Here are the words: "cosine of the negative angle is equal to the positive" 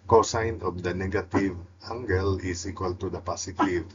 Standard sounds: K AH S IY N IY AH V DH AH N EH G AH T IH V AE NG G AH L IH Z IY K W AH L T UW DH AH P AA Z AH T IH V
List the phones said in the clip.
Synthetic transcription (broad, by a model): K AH S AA N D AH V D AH N EH G AH T IH V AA NG G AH L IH S IY K W AH L T UW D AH P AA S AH T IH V